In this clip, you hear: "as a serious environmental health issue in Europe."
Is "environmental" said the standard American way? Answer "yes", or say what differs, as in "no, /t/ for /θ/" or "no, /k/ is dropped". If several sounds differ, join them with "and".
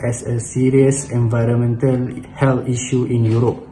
yes